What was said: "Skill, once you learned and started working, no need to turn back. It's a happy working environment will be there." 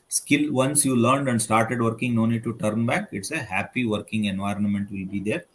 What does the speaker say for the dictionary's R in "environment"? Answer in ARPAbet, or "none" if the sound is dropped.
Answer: R